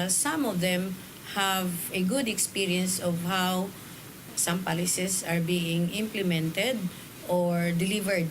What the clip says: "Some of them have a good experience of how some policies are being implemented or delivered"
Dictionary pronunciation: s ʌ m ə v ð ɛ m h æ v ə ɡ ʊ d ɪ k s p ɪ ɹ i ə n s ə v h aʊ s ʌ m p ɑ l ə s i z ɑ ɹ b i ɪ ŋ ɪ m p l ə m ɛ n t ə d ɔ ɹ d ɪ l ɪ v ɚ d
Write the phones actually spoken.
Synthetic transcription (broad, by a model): s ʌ m ə v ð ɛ m h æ v ə ɡ ʊ d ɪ k s p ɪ ɹ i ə n s ə v h aʊ s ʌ m p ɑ l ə s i s ɑ ɹ b i ɪ ŋ ɪ m p l ə m ɛ n t ə d ɔ ɹ d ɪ l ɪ v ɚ d